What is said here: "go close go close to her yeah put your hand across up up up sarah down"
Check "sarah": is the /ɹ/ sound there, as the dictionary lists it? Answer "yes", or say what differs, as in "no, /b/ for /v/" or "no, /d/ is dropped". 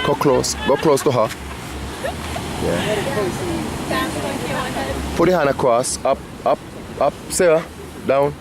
no, /ɹ/ is dropped